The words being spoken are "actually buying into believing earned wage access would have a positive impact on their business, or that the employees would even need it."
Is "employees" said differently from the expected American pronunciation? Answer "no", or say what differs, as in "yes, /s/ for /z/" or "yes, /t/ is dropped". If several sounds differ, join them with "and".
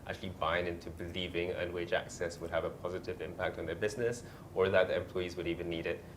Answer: no